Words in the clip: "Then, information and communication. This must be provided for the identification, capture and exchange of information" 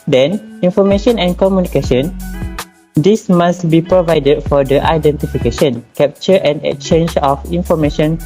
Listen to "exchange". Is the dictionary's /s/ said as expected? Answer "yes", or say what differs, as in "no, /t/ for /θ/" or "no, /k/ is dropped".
no, /s/ is dropped